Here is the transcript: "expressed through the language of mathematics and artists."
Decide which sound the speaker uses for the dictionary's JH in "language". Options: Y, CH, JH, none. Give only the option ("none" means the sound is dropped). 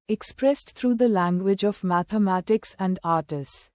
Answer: JH